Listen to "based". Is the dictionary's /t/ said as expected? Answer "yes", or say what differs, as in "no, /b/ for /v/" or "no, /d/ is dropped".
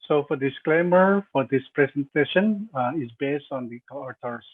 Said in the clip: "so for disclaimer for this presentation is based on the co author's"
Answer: yes